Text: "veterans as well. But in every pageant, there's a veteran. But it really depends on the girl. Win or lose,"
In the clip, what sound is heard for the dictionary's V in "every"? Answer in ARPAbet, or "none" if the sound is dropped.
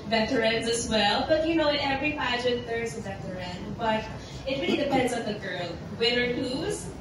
V